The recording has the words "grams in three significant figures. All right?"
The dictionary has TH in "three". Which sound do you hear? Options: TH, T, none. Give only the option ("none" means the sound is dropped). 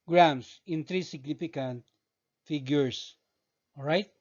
T